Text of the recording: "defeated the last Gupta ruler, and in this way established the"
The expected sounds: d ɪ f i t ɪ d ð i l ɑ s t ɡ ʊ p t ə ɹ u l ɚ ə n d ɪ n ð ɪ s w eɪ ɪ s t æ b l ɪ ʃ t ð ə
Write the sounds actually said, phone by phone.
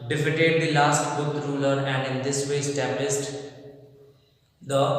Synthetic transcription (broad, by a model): d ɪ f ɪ t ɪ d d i l ɑ s t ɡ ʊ t ɹ u l ɚ ə n d ɪ n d ɪ s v eɪ s t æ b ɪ s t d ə